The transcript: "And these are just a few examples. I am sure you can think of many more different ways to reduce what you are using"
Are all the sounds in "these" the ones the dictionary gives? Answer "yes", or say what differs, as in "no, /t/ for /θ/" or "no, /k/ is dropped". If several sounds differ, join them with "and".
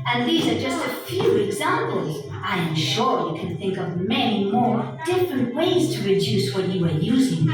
yes